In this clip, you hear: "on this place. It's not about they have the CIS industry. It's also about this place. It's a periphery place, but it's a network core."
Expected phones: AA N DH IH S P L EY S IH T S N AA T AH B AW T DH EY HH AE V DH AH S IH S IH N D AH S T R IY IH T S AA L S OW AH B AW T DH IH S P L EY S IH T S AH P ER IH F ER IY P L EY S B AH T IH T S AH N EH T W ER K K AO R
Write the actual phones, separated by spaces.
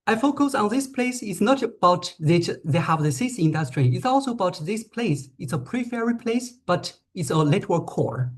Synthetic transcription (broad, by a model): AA N DH IH S P L EY S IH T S N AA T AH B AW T DH EY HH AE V DH AH S IH S IH N D AH S T R IY IH T S AA L S OW AH B AW T DH IH S P L EY S IH T S AH P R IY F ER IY P L EY S B AH T IH T S AH L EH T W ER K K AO R